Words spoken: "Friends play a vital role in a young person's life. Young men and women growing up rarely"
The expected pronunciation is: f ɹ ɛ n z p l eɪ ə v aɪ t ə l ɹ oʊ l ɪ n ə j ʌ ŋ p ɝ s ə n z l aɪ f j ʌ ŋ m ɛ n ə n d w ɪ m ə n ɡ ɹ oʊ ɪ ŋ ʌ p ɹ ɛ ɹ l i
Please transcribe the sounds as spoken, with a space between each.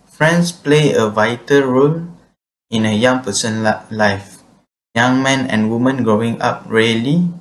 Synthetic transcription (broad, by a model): f ɹ ɛ n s p l eɪ ə v aɪ t ə l ɹ oʊ l ɪ n ə j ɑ ŋ p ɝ s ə n l aɪ f j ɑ ŋ m ɛ n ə n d w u m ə n ɡ ɹ oʊ ɪ ŋ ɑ p ɹ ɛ l i